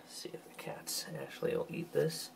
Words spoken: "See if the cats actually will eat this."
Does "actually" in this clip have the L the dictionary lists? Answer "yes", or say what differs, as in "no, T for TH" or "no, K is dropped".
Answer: no, L is dropped